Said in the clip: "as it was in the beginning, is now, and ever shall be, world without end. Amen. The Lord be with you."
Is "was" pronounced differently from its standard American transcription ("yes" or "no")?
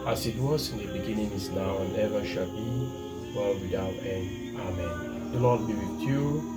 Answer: yes